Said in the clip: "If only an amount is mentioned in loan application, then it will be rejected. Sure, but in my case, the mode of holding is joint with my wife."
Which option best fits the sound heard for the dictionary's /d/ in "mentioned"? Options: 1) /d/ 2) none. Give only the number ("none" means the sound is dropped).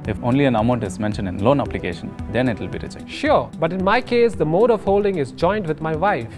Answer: 1